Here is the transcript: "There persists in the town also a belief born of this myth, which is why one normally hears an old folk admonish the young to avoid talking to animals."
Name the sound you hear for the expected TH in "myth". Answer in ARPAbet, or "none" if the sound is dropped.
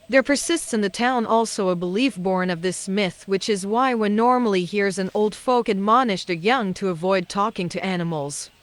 TH